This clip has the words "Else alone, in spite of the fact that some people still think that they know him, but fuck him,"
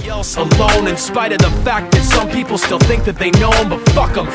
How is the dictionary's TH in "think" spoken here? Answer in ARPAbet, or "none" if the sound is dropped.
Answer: TH